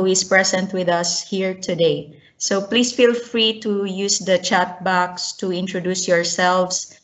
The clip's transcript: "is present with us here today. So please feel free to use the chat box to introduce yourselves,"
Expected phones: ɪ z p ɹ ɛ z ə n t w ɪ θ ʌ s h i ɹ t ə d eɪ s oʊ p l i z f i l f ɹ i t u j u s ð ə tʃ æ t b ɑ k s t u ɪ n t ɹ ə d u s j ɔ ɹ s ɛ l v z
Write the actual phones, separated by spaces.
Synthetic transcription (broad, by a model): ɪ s p ɹ ɛ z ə n t w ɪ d ʌ s h i ɹ t ə d eɪ s oʊ p l i s f i l f ɹ i t u j u s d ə tʃ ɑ t b ɑ k s t u ɪ n t ɹ ə d u s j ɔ ɹ s ɛ l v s